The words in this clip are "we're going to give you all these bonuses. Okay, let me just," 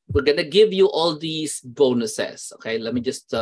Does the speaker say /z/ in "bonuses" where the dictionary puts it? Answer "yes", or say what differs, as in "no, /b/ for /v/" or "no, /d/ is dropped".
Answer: no, /s/ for /z/